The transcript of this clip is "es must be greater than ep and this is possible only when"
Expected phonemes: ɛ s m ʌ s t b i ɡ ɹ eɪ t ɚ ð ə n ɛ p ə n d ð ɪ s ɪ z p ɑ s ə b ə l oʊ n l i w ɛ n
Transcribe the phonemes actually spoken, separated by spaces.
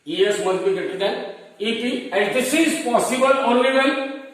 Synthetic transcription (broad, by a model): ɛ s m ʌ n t b i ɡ eɪ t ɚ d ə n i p ə n d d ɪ s ɪ z p ɑ s ə b ə l oʊ n l i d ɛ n